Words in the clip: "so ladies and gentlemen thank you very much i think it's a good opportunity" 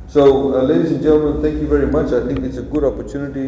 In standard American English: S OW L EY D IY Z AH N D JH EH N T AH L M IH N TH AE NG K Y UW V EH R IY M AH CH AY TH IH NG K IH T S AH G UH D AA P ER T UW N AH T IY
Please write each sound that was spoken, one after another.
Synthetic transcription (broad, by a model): S OW L EY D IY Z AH N JH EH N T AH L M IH N T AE NG K Y UW V EH R IY M AH CH AY T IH NG K IH T S AH G UH D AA P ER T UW N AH T IY